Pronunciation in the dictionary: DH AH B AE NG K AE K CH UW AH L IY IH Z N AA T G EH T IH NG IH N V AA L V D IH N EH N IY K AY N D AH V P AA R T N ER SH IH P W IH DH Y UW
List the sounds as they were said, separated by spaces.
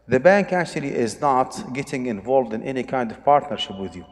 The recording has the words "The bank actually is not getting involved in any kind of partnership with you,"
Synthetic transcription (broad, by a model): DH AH B AE NG K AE K CH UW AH L IY IH Z N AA T G EH T IH NG IH N V AA L V D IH N EH N IY K AY N D AH V P AA R T N ER SH IH P W IH DH Y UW